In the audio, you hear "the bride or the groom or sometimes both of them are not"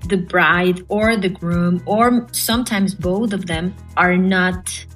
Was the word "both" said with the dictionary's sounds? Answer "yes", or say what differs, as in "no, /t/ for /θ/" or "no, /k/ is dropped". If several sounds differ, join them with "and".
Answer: yes